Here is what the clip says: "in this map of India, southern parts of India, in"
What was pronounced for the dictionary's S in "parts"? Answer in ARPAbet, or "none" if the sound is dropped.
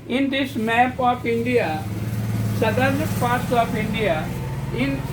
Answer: none